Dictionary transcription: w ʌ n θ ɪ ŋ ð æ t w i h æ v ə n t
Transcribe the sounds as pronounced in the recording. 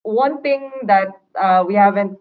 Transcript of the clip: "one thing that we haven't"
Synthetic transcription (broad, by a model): w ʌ n t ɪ ŋ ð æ t w i h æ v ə n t